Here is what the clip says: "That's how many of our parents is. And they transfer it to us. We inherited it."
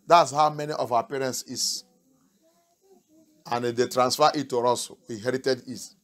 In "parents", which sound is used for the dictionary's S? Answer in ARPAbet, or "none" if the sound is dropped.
S